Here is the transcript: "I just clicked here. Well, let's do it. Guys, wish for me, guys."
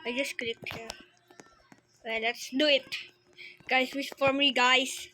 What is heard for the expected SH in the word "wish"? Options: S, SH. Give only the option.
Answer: S